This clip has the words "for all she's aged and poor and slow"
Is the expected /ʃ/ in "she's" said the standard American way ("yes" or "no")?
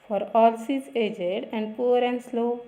no